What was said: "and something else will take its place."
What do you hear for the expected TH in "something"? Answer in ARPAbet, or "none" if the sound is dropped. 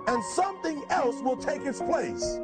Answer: TH